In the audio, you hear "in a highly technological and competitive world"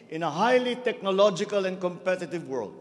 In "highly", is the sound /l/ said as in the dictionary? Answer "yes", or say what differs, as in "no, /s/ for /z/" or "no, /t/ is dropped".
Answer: yes